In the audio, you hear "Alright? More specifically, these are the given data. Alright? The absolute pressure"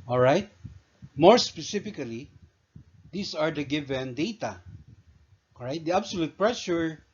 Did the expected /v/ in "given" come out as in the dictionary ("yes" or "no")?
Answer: yes